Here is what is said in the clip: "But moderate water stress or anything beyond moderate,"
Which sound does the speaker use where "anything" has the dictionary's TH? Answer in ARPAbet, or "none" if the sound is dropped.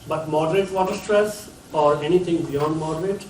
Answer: T